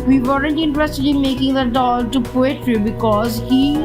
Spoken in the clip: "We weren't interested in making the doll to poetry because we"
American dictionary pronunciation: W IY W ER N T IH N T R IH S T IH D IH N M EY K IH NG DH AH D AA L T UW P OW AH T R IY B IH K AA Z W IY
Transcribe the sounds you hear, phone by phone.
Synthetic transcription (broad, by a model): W IY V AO L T IH N T R IH S T IH D IH N M EY K IH NG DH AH D AA L T UW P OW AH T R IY B IH K AA Z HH IY